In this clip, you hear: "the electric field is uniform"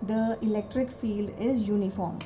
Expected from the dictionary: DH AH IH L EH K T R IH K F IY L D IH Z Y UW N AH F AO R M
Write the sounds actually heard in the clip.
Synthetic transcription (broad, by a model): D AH IH L EH K T R IH K F IY L D IH Z Y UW N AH F AO R M